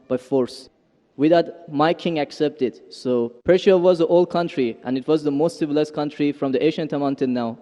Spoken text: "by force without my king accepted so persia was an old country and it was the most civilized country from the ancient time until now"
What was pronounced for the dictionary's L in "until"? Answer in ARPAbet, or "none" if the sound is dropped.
N